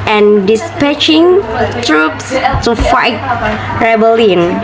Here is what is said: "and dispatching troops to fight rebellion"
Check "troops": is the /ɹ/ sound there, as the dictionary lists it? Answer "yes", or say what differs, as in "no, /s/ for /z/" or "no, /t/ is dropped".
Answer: yes